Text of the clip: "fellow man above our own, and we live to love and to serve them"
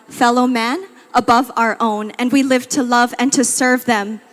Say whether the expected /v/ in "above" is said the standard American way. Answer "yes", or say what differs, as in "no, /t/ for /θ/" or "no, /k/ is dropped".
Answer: yes